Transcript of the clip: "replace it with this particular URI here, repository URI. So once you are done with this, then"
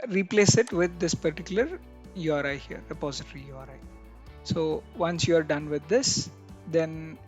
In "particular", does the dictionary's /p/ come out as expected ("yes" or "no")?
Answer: yes